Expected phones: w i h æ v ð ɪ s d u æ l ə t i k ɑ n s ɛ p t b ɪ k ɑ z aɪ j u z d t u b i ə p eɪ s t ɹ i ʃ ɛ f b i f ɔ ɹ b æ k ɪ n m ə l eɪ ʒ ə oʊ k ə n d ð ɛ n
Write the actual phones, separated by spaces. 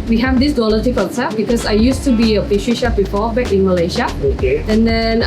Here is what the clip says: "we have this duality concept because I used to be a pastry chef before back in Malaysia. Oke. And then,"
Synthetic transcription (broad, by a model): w i h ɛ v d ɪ s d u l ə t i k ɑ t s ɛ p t b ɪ k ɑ s aɪ j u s t u b i ə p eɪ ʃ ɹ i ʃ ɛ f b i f ɔ b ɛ k ɪ n m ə l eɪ ʃ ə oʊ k ə n d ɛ n